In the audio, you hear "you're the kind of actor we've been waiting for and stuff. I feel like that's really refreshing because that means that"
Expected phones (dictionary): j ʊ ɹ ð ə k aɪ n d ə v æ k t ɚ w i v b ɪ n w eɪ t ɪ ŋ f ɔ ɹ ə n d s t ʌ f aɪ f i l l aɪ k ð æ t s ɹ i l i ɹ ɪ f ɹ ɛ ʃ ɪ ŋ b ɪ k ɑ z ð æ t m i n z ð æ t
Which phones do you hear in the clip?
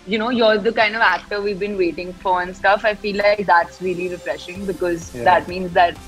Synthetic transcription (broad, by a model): j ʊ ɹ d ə k aɪ n d ə v æ k t ɚ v i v b ɪ n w eɪ t ɪ ŋ f ɔ ɹ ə n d s t ʌ f aɪ f i l l aɪ k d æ t s ɹ i l i ɹ ɪ f ɹ ɛ ʃ ɪ ŋ b ɪ k ɑ z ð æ t m i n z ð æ t